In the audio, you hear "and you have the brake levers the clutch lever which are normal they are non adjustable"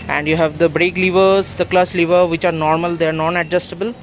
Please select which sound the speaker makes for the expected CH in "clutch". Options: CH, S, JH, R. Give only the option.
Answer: S